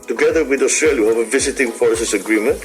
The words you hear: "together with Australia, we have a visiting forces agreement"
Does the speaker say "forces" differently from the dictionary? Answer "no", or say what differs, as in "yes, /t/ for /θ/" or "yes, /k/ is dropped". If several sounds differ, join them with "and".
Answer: yes, /s/ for /z/